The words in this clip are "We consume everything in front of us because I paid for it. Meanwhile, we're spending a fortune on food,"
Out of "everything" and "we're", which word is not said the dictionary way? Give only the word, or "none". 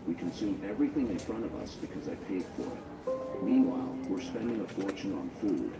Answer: none